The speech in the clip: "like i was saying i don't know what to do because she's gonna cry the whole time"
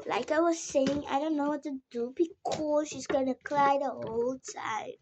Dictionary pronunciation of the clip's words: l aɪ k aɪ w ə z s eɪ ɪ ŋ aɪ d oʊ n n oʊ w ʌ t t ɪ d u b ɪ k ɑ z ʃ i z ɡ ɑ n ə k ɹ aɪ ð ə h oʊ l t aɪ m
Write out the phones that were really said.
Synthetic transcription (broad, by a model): l aɪ k aɪ w ə z s eɪ ɪ ŋ aɪ d oʊ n n oʊ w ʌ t t ɪ d u b ɪ k ɑ z ʃ i z ɡ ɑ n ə k l aɪ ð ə h oʊ l t aɪ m